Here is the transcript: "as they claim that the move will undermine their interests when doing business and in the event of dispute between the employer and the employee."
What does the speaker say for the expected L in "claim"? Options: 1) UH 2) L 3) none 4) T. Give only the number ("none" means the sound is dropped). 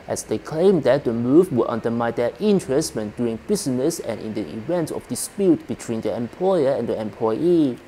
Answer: 2